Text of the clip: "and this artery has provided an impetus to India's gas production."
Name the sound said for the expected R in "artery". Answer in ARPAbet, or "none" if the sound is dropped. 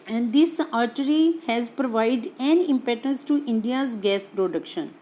R